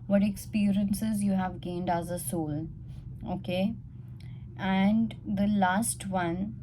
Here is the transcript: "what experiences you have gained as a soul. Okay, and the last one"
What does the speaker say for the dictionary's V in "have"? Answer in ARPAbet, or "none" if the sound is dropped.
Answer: V